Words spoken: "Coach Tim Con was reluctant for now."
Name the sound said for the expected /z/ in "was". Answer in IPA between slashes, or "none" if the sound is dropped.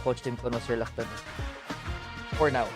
/s/